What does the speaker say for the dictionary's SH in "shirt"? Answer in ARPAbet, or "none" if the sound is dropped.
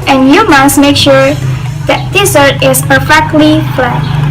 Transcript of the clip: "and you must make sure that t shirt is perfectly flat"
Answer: S